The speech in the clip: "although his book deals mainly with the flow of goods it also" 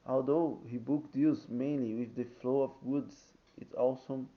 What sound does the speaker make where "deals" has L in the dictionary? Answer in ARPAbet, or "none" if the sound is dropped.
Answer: none